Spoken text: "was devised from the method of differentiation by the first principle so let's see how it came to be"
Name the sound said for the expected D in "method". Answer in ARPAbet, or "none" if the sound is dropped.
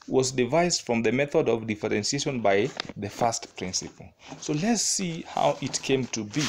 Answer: D